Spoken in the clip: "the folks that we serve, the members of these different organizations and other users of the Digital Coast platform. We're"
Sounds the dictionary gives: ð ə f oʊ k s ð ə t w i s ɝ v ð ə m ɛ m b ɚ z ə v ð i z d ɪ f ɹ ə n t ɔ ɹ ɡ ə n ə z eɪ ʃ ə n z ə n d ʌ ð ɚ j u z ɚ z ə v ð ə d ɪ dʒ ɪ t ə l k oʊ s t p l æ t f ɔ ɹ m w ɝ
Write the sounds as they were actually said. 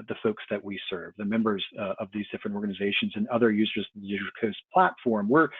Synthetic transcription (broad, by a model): ð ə f oʊ k s ð ə t w i s ɝ v ð ə m ɛ m b ɚ z ə v ð i z d ɪ f ɹ ə n t ɔ ɹ ɡ ə n ə z eɪ ʃ ə n z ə n ʌ ð ɚ j u z ɚ z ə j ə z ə k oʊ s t p l æ t f ɔ ɹ m w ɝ